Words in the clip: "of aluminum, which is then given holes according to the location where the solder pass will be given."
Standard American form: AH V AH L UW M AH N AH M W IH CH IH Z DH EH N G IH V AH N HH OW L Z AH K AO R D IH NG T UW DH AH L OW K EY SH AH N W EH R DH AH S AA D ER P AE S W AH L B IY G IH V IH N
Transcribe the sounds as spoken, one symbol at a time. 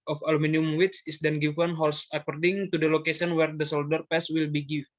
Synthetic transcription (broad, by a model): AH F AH L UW M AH N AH M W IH S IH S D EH N G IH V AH N HH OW L S AH K AO R D IH NG T UW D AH L OW K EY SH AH N W EH R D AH S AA D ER P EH S W AH L B IY G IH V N